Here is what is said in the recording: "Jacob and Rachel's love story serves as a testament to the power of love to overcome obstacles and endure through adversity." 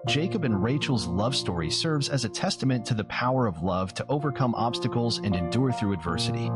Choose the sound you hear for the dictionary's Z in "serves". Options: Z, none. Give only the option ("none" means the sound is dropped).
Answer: Z